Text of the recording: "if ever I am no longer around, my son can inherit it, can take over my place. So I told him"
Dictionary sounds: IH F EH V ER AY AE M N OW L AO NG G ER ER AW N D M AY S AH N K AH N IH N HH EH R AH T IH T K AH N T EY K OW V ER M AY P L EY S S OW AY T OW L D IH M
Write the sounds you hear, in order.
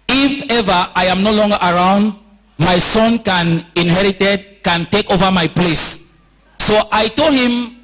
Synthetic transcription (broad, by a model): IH F EH V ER AY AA M N OW L AO NG G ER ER AW N D M AY S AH N K AH N IH N HH EH R AH T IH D K AH N T EY K OW V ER M AY P L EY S S OW AY T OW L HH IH M